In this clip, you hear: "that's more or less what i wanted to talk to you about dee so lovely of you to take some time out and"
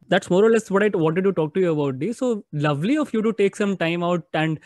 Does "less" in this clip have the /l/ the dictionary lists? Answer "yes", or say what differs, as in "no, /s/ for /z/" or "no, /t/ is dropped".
yes